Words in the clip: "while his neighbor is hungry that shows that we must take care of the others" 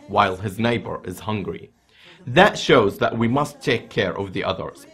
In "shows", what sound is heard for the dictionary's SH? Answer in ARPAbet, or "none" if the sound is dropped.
SH